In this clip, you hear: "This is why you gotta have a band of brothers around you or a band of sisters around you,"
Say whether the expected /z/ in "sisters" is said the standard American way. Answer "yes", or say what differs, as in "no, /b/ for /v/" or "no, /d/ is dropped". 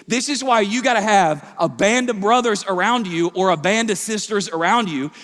yes